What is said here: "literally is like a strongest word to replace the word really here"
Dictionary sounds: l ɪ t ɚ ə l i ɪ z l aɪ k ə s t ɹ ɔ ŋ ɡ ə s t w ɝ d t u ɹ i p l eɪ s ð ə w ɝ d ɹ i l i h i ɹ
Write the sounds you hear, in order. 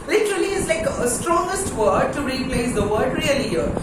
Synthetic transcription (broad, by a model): l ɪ t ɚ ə l i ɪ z l aɪ k ə s t ɹ ɔ ŋ ɡ ə s t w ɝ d t u ɹ i p l eɪ s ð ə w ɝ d ɹ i i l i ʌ